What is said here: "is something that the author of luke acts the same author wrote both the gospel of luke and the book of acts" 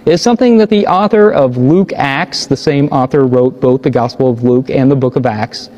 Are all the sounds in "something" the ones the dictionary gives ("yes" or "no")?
yes